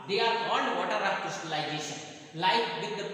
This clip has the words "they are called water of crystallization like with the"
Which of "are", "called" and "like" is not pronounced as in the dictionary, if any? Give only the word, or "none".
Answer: called